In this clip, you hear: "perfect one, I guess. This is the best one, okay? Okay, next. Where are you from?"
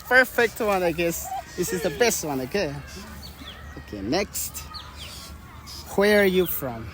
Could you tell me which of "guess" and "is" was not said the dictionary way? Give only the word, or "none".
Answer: none